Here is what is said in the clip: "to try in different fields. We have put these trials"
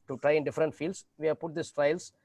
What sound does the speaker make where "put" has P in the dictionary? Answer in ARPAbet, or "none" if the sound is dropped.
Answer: P